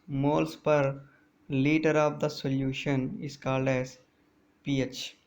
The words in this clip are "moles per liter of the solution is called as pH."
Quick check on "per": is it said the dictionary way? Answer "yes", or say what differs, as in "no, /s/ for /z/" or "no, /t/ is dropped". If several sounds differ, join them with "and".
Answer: yes